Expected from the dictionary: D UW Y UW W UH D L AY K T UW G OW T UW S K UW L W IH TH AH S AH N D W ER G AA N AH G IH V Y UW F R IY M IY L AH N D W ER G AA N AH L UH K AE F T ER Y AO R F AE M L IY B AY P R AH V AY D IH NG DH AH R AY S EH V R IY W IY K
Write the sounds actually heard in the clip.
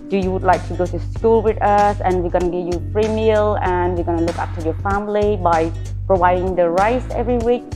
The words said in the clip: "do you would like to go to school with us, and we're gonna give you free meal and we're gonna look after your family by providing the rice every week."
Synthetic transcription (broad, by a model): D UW Y UW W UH D L AY K T UW G OW T UW S K UW L W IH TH AH S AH N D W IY G AA N AH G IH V Y UW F R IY M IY L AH N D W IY G AA N AH L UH K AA P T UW Y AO F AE M L IY B AY P R AH V AY D IH NG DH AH R AY S EH V R IY W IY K